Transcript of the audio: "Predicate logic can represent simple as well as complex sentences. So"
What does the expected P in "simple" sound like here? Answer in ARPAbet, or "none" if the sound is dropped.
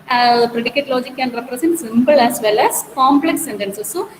B